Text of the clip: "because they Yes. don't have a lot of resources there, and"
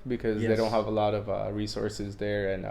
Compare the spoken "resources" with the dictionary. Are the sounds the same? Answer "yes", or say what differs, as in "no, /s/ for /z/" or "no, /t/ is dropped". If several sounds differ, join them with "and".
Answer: yes